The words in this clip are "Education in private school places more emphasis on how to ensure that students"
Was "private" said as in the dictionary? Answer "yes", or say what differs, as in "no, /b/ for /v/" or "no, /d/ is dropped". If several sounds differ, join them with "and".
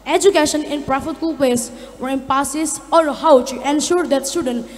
no, /f/ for /v/